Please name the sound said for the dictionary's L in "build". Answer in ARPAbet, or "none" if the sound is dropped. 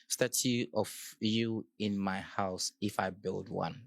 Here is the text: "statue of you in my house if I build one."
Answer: L